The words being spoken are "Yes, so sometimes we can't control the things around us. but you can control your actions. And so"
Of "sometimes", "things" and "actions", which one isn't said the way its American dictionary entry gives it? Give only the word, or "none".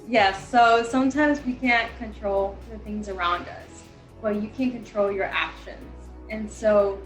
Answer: none